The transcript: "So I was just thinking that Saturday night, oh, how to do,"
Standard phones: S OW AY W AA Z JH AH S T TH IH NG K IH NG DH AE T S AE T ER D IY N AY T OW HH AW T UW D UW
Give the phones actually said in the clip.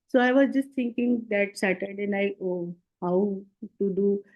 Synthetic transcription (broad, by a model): S OW AY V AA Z JH AH S T T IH NG K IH NG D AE T S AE T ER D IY N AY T OW HH AW T UW D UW